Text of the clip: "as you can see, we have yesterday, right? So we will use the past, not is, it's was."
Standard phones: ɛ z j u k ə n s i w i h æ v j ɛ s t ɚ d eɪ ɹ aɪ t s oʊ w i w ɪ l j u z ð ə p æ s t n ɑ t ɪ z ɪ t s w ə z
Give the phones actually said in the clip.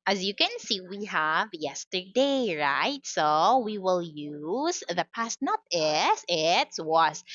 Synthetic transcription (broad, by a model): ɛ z j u k ə n s i w i h æ v j ɛ s t ɚ d eɪ ɹ aɪ t s oʊ w i w ɪ l j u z ð ə p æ s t n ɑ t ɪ s ɪ t s w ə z